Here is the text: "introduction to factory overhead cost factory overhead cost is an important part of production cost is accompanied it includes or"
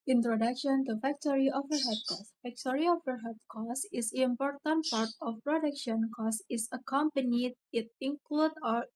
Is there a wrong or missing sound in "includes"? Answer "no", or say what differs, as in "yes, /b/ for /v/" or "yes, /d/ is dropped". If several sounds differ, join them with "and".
yes, /z/ is dropped